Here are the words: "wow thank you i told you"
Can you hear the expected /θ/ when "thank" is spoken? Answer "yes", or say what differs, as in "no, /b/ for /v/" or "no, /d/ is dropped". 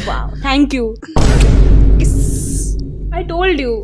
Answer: no, /t/ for /θ/